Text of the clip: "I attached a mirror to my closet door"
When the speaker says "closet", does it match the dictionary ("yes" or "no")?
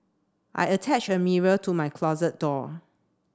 yes